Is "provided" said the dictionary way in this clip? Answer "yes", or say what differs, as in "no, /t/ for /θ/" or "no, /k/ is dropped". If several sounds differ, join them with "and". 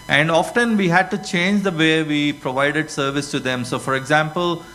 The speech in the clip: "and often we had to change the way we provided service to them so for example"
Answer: yes